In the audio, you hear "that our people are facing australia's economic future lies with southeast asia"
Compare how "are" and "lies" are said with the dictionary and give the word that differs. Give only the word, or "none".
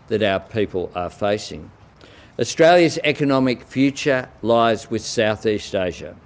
none